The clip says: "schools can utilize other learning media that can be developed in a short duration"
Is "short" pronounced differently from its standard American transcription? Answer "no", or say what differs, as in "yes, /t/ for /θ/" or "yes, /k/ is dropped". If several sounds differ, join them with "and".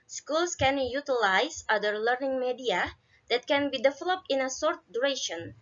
yes, /s/ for /ʃ/